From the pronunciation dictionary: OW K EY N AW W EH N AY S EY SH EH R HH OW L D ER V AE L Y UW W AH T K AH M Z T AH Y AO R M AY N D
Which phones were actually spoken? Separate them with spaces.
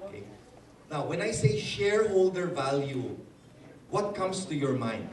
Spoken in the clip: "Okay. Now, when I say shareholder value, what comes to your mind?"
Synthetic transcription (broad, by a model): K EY N AW W EH N AY S EY SH EH R HH OW L D ER V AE L Y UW W AH T K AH M S T AH Y AO R M AY N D